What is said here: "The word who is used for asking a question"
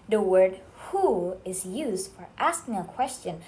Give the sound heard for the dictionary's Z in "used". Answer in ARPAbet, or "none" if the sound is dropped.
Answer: Z